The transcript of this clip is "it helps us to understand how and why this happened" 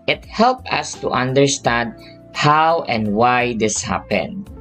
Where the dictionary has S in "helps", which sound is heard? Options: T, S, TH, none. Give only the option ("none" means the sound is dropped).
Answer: none